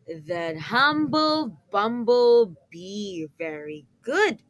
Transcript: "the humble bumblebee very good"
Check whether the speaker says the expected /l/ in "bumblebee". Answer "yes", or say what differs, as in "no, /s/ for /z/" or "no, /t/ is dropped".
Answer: yes